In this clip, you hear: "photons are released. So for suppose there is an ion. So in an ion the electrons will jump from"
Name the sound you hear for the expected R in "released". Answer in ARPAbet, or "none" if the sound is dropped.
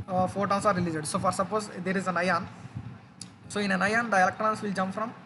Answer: L